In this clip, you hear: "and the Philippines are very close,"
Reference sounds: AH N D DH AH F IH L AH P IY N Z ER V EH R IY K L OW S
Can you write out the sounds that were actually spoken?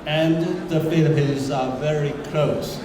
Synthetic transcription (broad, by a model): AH N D DH AH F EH N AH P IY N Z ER V EH R IY K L OW S